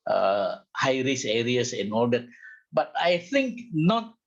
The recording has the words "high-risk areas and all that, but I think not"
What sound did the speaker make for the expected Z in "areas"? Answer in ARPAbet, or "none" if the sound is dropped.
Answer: S